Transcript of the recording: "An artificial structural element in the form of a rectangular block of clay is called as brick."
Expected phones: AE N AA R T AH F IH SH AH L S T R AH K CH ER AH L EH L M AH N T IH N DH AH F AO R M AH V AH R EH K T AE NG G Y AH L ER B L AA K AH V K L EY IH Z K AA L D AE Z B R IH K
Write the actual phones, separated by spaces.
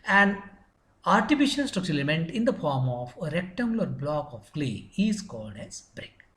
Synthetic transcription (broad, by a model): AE N AA R T AH F IH SH AH L S T R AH K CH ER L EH M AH N T IH N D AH F AO R M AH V AH R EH K T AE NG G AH L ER B L AA K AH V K L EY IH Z K AA L D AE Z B R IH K